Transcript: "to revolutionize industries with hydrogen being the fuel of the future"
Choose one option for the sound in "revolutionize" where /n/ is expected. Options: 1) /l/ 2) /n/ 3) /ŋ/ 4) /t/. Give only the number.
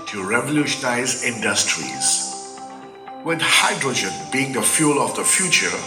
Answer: 2